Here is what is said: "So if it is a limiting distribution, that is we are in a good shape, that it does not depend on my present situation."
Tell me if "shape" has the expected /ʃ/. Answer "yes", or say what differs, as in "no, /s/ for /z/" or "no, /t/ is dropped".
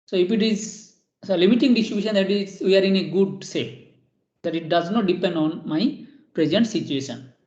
no, /s/ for /ʃ/